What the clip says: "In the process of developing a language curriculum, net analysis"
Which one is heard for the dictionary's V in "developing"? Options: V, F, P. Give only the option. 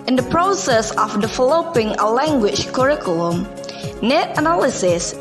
F